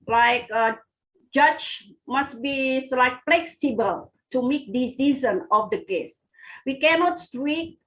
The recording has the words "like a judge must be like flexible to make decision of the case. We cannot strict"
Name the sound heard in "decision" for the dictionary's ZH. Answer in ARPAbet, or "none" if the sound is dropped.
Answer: Z